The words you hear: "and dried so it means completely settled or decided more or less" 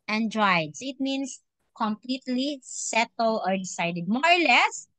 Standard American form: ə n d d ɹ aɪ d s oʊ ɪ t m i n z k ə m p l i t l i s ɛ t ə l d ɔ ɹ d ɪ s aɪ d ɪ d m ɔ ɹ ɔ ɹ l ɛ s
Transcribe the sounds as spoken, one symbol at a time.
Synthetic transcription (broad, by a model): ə n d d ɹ aɪ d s ɪ t m i n s k ə m p l i t l i s ɛ t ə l ɔ ɹ d ɪ s aɪ d ɪ d m ɔ ɹ ɔ ɹ l ɛ s